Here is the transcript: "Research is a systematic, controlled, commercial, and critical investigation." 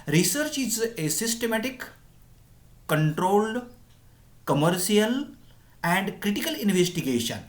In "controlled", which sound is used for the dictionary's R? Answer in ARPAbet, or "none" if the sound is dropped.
R